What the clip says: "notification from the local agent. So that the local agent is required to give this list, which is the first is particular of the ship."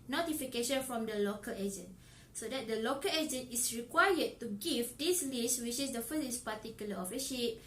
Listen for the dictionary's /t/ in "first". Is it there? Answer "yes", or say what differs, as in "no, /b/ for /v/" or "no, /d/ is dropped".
no, /t/ is dropped